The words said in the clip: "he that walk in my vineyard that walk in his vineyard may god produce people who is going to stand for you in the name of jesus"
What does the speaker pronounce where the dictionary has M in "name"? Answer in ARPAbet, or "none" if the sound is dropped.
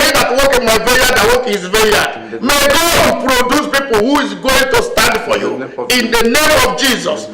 M